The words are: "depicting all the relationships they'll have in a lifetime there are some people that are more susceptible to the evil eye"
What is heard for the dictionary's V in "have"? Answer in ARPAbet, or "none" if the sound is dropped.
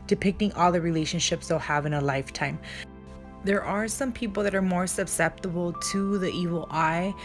V